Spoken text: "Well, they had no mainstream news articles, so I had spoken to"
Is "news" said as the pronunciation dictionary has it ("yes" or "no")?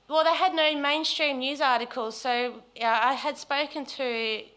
yes